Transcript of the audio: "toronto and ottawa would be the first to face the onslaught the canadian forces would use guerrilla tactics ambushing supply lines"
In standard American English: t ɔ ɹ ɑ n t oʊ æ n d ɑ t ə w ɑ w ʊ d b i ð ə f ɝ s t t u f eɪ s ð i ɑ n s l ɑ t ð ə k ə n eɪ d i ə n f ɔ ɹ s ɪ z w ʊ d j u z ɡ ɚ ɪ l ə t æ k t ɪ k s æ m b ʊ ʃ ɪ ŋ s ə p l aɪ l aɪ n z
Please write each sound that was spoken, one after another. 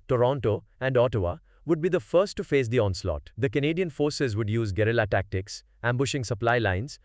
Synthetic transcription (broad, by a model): t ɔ ɹ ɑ n t oʊ æ n d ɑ t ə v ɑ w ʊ d b i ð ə f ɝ s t t u f eɪ s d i ɑ n s l ɑ t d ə k ə n eɪ d i ə n f ɔ ɹ s ɪ z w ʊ d j u z ɡ ɚ ɪ l ə t æ k t ɪ k s æ m b ʊ ʃ ɪ ŋ s ə p l aɪ l aɪ n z